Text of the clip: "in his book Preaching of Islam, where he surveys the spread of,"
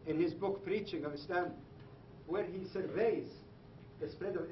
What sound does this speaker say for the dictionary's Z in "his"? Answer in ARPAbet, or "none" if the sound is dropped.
Z